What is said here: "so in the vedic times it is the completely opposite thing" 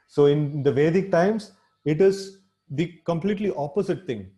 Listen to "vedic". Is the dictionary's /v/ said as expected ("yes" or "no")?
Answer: yes